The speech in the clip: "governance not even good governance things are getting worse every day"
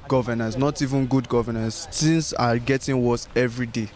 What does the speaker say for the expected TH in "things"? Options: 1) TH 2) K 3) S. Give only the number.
3